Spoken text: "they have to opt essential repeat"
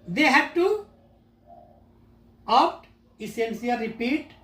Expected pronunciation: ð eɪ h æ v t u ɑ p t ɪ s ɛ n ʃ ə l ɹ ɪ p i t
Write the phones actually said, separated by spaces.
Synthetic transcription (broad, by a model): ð eɪ h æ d t u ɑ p t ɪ s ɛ n s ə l ɹ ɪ p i t